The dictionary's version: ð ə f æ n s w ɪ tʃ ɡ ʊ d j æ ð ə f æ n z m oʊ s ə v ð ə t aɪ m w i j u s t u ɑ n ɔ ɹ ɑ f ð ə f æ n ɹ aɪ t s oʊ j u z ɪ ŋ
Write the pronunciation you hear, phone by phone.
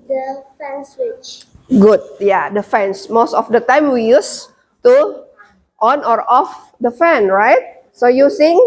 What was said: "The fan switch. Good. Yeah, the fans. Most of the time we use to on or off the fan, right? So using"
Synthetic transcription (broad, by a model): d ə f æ n s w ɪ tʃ ɡ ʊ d j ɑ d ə f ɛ n s m oʊ s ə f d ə t aɪ m w i j u s t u ɑ n ɔ ɹ ɑ f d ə f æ n ɹ aɪ t s oʊ j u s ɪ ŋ